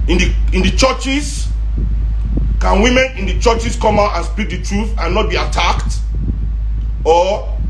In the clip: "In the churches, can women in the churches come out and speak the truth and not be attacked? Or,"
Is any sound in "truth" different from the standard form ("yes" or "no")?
no